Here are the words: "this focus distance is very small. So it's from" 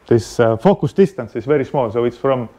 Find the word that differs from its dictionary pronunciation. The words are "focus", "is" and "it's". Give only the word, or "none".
is